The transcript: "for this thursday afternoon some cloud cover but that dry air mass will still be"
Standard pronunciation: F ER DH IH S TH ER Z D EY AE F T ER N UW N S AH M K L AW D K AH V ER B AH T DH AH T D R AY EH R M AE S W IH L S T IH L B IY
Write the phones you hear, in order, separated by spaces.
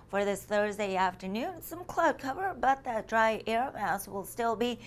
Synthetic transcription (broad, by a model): F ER DH IH S TH ER Z D EY AE F T ER N UW N S AH M K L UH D K AH V ER B AH T DH AH T D R AY EH R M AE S W IH L S T IH L B IY